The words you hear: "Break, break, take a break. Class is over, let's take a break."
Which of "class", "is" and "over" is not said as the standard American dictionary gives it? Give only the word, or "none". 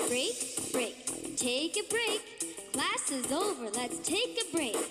none